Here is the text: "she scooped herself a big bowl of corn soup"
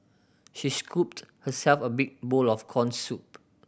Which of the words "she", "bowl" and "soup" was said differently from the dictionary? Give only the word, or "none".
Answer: none